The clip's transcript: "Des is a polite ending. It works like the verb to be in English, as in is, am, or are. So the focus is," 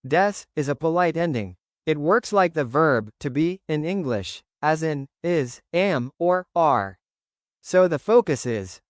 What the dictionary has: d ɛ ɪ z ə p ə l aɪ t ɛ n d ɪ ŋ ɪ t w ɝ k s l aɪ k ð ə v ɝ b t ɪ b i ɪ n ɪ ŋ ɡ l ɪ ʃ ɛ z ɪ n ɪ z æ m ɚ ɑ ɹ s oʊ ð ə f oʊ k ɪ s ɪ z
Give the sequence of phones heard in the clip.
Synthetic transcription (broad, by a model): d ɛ ɪ z ə p ə l aɪ t ɛ n d ɪ ŋ ɪ t w ɝ k s l aɪ k ð ə v ɝ b t ɪ b i ɪ n ɪ ŋ ɡ l ɪ ʃ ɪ z ɪ n ɪ z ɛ m ɚ ɑ ɹ s oʊ ð ə f oʊ k ɪ s ɪ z